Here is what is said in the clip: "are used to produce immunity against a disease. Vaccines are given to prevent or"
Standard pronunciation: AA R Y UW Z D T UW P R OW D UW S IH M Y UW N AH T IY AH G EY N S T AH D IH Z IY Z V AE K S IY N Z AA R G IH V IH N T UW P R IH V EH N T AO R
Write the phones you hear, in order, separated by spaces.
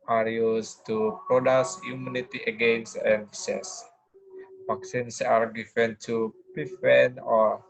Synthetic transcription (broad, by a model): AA R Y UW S T UW P R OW D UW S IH M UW N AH T IY AH G EY N S T AH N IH S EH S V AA K S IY N S AA R G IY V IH N T UW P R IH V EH N AO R